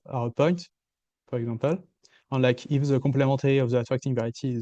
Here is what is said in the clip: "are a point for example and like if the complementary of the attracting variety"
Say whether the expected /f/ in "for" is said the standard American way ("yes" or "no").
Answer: no